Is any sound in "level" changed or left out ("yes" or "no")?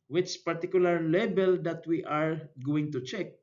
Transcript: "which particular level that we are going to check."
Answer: yes